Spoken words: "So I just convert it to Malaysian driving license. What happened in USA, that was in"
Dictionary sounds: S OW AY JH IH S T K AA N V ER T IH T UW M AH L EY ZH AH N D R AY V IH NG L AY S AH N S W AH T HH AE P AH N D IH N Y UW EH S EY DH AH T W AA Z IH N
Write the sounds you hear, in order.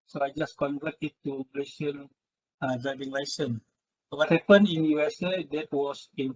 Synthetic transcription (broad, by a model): S OW AY JH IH S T K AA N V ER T IH T UW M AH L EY S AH N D AY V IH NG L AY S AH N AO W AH T HH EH P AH N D IH N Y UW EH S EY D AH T W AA S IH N